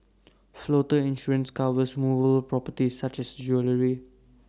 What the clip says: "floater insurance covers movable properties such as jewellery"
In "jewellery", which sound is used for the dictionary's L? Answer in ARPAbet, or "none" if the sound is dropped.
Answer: L